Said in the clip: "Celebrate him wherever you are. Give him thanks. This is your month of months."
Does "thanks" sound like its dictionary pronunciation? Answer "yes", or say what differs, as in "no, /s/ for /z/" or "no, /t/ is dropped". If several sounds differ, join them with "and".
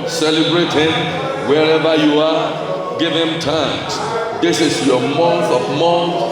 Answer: no, /t/ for /θ/ and /k/ is dropped